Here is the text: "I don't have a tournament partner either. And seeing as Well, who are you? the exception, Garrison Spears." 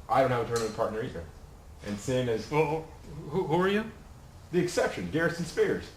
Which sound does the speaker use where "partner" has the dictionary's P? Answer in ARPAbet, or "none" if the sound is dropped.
P